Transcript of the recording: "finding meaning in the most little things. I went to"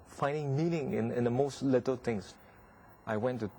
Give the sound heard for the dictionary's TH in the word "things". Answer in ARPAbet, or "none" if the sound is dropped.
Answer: T